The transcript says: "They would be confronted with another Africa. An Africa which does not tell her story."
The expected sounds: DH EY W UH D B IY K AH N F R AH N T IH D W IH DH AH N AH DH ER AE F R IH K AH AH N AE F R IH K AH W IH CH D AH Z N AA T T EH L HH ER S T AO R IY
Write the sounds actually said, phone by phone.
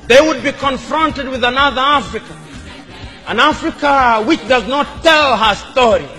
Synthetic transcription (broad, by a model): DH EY W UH D B IY K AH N F R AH N T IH D W IH DH AH N AH DH ER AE F R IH K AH AH N AE F R IH K AH W IH CH D AH Z N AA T T EH L HH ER S T AO R IY